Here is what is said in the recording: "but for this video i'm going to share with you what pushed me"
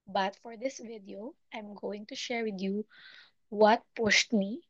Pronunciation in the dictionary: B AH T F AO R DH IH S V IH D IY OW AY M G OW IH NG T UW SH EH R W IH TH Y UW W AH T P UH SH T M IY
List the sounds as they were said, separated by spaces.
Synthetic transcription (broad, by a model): B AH T F AO R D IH S V IH D IY OW AY M G OW IH NG T UW SH EH R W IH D Y UW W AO T P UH S T M IY